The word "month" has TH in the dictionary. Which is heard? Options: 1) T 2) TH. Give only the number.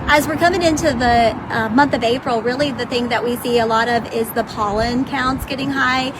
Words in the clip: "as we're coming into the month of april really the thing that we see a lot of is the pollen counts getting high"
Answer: 2